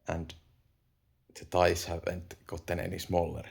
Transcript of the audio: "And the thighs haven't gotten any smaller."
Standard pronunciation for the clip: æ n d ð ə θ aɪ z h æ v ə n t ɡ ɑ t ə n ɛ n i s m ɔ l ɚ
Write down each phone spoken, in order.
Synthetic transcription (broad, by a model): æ n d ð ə t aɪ s h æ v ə n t ɡ ɑ t ə n ɛ n i s m ɔ l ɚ